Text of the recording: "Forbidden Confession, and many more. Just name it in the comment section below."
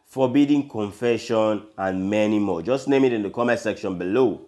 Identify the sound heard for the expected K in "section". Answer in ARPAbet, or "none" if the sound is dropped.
K